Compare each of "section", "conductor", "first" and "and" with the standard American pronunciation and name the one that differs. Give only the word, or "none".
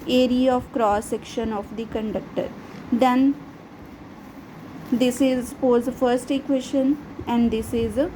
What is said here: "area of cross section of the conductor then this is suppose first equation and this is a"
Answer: none